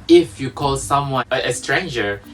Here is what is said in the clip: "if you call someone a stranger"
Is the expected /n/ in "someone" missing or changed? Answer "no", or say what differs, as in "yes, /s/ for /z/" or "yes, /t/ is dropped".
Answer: yes, /n/ is dropped